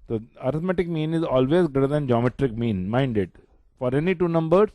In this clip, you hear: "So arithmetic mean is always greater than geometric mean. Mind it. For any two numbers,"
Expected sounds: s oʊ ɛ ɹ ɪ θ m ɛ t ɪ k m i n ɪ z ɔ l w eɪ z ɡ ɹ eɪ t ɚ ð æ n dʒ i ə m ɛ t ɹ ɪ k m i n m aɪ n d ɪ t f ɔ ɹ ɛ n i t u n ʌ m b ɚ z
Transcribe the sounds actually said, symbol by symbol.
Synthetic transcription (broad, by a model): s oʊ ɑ ɹ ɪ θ m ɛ t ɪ k m i n ɪ z ɔ l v eɪ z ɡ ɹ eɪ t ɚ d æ n dʒ i ə m ɛ t ɹ ɪ k m i n m aɪ n d ɪ t f ɔ ɹ ɛ n i t u n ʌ m b ɚ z